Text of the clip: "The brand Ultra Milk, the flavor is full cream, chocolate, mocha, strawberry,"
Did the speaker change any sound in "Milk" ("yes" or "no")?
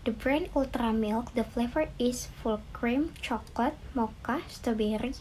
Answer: no